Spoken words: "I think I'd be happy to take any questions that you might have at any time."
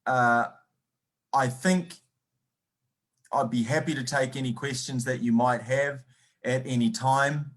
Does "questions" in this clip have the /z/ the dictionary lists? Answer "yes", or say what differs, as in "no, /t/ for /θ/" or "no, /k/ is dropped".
yes